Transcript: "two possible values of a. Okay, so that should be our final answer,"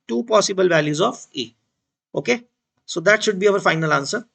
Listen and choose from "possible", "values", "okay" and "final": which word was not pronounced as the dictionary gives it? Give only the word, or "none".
none